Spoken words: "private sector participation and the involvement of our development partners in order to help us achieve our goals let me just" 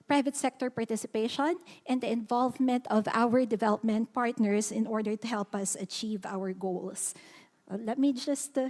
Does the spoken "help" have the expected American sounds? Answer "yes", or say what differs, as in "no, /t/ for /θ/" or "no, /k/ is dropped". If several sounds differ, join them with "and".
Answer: yes